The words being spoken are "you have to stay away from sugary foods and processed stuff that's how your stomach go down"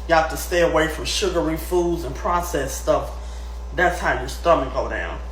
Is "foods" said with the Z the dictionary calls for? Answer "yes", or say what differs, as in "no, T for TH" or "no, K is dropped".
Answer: yes